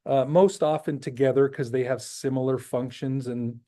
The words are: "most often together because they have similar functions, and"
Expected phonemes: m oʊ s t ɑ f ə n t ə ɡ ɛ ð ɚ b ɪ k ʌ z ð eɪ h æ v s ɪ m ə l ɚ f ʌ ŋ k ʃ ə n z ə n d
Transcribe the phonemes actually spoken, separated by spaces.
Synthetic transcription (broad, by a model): m oʊ s t ɑ f ə n t ə ɡ ɛ ð ɚ k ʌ z ð eɪ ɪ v s ɪ m l ɚ f ʌ ŋ k ʃ ə n z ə n